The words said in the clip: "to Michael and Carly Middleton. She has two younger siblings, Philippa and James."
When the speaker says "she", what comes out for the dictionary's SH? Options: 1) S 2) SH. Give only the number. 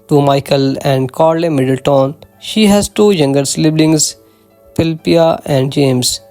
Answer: 2